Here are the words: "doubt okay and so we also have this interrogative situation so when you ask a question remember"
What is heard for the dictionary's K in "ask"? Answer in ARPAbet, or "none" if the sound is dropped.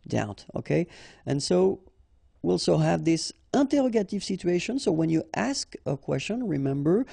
K